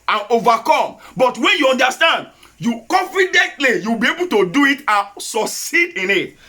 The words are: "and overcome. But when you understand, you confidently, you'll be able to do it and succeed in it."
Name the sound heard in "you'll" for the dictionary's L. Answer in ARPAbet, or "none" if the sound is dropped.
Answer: W